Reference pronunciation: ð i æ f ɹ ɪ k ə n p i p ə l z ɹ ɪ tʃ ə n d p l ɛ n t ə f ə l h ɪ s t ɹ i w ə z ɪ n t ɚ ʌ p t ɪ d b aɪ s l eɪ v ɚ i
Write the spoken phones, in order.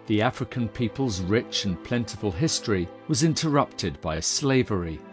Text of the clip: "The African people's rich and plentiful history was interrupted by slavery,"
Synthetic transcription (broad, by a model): ð i æ f ɹ ɪ k ə n p i p ə l z ɹ ɪ tʃ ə n p l ɛ n t ə f ə l h ɪ s t ɹ i w ə z ɪ n t ɚ ʌ p t ɪ d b aɪ s l eɪ v ɚ i